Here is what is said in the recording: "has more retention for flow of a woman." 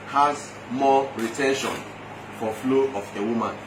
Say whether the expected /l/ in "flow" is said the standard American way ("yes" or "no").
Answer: yes